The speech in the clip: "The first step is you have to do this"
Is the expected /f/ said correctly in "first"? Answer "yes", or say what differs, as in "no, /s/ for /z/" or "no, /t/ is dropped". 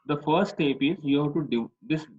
yes